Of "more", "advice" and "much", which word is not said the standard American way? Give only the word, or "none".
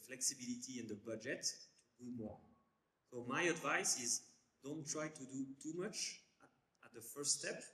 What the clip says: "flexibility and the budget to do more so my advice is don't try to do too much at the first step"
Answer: none